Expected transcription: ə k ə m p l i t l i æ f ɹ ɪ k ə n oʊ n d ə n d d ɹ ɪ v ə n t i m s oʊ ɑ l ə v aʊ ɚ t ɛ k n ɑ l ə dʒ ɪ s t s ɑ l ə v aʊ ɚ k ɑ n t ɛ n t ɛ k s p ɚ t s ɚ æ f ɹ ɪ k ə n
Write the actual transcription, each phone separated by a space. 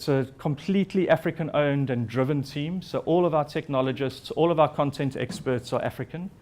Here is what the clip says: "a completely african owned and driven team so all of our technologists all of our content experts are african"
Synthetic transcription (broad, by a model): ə k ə m p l i t l i æ f ɹ ɪ k ə n oʊ n d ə n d d ɹ ɪ v ə n t i m s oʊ ɑ l ə v aʊ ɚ t ɛ k n ɑ l ə dʒ ɪ s t s ɑ l ə v aʊ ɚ k ɑ n t ɛ n t ɛ k s p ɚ t s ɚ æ f ɹ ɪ k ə n